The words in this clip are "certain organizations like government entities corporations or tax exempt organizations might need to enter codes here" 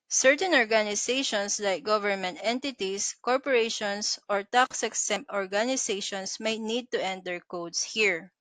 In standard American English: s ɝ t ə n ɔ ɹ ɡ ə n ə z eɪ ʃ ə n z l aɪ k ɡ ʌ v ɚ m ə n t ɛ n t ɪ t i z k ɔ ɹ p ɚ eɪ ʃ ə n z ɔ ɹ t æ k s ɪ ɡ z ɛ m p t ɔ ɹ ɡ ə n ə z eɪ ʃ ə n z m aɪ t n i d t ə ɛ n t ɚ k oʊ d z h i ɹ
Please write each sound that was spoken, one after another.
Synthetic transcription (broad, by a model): s ɝ t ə n ɔ ɹ ɡ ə n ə s eɪ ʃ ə n s l aɪ k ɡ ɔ v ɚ m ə n t ɛ n t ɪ t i s k ɔ ɹ p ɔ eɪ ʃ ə n s ɔ ɹ t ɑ k s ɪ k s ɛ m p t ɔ ɹ ɡ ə n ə s eɪ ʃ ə n s m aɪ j n i d t ə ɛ n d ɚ k oʊ d s h i ɹ